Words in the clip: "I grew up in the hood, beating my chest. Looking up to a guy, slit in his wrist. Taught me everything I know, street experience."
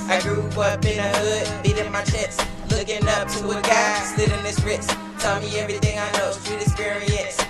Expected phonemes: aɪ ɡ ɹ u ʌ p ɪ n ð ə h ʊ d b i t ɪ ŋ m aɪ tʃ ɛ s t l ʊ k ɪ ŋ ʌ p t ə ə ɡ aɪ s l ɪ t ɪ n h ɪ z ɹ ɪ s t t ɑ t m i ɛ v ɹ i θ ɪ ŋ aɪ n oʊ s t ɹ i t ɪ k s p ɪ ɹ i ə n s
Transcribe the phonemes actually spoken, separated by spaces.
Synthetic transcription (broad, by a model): aɪ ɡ ɹ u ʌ b ɪ n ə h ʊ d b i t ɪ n m aɪ tʃ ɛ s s l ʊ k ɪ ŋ ʌ p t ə ə ɡ aɪ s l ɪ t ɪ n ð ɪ s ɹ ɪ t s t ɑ m i ɛ v ɹ i θ ɪ ŋ aɪ n oʊ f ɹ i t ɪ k s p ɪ ɹ i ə n s